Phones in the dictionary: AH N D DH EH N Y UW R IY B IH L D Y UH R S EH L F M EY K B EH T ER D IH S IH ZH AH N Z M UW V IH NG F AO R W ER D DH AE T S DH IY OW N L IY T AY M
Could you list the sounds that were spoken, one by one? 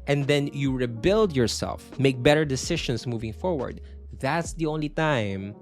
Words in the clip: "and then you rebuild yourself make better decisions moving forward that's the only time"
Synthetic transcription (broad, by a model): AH N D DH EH N Y UW R IY B IH L D Y UH R S EH L F M EY K B EH T ER D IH S IH SH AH N S M UW V IH NG F AO R W ER D DH AE T S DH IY OW N L IY T AY M